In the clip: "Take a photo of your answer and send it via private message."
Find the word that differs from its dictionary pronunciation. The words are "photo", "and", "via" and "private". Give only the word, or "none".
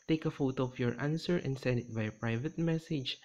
via